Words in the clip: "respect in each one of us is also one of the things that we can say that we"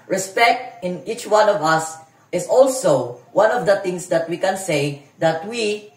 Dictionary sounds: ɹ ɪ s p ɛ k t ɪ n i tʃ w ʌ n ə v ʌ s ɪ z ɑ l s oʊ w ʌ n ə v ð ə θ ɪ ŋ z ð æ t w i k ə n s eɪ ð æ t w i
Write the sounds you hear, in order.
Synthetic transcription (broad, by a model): ɹ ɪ s p ɛ k t ɪ n i tʃ w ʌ n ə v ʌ s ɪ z ɑ l s oʊ w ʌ n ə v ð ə t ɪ ŋ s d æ t w i k ə n s eɪ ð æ t w i